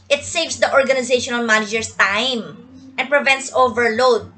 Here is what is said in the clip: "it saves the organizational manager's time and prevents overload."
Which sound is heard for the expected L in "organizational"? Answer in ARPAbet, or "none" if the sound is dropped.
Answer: N